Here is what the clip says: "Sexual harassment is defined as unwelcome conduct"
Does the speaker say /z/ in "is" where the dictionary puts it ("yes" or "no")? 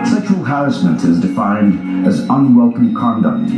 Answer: yes